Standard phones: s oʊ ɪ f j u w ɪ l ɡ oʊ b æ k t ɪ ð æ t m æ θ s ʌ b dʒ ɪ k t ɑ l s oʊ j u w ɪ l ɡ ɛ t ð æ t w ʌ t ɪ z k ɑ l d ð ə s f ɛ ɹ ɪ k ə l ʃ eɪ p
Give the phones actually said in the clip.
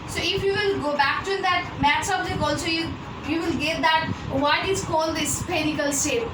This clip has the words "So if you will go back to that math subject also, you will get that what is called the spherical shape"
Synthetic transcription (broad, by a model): s oʊ ɪ f j u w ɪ l ɡ oʊ b æ k t ɪ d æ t m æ t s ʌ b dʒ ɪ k ɑ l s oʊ j u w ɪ l ɡ ɛ t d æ t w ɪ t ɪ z k ɑ l d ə s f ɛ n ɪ k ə l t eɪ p